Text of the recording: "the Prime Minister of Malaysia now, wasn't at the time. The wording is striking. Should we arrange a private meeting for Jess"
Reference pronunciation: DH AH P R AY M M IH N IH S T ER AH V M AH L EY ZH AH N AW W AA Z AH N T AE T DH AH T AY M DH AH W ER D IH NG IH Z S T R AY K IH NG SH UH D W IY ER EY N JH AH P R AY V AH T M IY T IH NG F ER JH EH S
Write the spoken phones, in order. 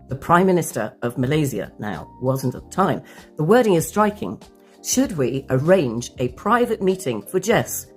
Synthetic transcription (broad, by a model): DH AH P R AY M M IH N IH S T ER AH V M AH L EY Z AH N AW W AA Z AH N T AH T DH AH T AY M DH AH W ER D IH NG IH Z S T R AY K IH NG SH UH D W IY ER EY N JH AH P R AY V AH T M IY T IH NG F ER JH EH S